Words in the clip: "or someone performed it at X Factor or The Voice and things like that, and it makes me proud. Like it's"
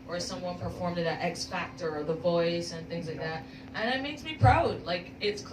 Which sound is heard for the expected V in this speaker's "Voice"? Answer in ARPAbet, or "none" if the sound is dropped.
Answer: V